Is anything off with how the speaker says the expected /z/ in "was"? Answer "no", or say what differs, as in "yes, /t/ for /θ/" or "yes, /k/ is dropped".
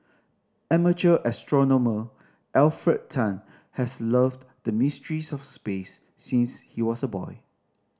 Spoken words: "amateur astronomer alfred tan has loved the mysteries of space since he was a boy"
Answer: yes, /s/ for /z/